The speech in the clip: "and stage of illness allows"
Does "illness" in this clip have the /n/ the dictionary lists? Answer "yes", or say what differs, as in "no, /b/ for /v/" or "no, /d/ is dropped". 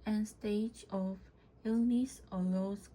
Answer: yes